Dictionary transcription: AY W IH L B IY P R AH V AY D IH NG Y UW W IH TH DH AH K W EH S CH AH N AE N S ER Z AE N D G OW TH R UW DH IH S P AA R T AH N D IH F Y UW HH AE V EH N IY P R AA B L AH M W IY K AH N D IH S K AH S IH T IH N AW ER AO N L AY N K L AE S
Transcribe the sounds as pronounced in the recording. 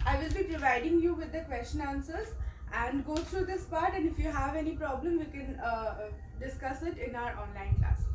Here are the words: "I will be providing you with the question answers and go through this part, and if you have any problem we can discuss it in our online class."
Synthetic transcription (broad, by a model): AY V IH L B IY P R AH V AY D IH NG Y UW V IH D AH K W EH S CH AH N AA N S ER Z AE N D G OW T R UW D IH S P AA R T AH N D IH F Y UW HH AE V EH N IY P R AA B L AH M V IY K AH N D IH S K AH S IH T IH N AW ER AO N L AY N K L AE S